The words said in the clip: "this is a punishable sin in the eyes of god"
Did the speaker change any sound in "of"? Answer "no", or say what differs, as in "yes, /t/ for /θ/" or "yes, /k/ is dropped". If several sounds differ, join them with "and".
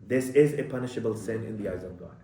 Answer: no